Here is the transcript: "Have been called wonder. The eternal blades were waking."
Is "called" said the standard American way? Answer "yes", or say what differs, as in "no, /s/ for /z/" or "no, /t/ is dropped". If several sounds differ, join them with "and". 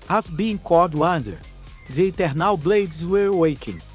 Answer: no, /l/ is dropped